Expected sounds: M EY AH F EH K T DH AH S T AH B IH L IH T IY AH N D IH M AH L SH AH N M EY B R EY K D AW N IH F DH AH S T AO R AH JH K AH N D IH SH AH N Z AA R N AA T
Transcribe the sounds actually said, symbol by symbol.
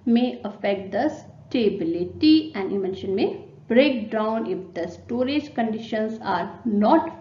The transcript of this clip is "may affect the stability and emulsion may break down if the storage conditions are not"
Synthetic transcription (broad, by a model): M EY AH F EH K T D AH S T AH B IH L IH T IY AH N D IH M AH N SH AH N M EY B R EY K D AW N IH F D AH S T AO R AH JH K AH N D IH SH AH N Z AA R N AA T